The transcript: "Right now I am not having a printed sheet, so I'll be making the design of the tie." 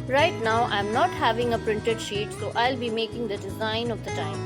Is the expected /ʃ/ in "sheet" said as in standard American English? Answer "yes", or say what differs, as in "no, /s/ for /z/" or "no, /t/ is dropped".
yes